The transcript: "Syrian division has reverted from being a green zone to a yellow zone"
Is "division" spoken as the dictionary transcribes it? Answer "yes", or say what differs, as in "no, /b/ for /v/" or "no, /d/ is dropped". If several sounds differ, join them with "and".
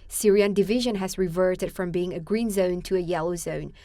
yes